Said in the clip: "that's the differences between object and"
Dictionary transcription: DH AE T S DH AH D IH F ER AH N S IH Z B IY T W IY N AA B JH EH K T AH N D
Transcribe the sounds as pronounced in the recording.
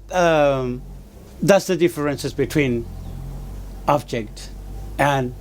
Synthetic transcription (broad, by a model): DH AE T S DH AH D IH F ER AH N S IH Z B IY T W IY N AA B JH EH K T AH N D